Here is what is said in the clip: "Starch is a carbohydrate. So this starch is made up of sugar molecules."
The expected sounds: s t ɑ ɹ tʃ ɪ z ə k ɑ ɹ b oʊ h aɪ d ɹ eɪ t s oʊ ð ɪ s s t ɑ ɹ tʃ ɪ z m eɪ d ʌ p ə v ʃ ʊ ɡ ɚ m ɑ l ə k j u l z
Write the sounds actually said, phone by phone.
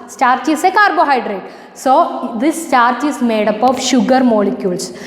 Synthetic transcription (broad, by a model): s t ɑ ɹ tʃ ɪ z ə k ɑ ɹ b oʊ h aɪ d ɹ eɪ t s oʊ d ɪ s s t ɑ ɹ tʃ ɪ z m eɪ d ʌ p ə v ʃ ʊ ɡ ɚ m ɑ l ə k j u l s